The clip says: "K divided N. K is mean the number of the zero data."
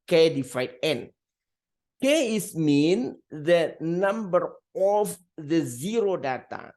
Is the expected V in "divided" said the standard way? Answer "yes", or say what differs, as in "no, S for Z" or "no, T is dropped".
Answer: no, F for V